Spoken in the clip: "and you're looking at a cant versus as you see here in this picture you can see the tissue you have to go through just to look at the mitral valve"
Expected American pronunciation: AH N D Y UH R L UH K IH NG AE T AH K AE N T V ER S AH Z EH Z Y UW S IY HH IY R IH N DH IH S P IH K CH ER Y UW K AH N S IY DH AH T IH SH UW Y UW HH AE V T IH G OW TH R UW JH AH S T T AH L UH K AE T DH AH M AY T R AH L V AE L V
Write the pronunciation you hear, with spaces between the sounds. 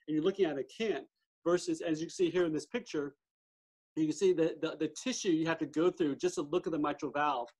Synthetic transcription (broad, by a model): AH N Y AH R L UH K IH NG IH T AH K AE N T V ER S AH Z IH Z Y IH S IY HH IY R IH N DH IH S P IH K CH ER Y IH K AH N S IY DH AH T IH SH UW Y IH HH AE F T IH G OW TH R UW JH AH S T T AH L UH K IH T DH AH M AY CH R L V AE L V